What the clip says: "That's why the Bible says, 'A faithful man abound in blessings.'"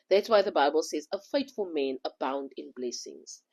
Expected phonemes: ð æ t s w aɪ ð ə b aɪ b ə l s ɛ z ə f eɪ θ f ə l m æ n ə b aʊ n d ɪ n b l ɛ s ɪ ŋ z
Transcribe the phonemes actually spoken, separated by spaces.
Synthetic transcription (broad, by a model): ð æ t s w aɪ ð ə b aɪ b ə l s ɛ z ə f eɪ t f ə l m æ n ə b aʊ n d ɪ n b l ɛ s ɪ ŋ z